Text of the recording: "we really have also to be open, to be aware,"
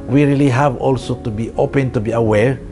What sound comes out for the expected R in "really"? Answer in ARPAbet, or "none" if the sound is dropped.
R